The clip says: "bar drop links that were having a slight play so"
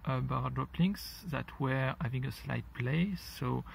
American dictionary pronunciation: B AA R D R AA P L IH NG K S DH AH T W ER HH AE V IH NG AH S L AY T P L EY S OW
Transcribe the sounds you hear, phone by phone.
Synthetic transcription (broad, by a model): B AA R D R AA P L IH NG S DH AH T W ER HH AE V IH NG AH S L AY T P L EY S OW